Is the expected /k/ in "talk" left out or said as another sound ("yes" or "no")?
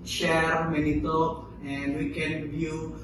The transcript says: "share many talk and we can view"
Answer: yes